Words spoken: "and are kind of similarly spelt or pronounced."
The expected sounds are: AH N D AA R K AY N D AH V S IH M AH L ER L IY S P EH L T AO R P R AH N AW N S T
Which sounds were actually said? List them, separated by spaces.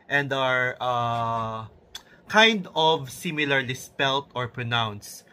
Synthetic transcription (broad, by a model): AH N D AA R K AY N D AH V S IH M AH L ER L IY S P EH L T AO R P R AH N AW N S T